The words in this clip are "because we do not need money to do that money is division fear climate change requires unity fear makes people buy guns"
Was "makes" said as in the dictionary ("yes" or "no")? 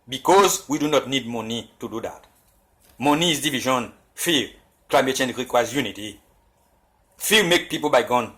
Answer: no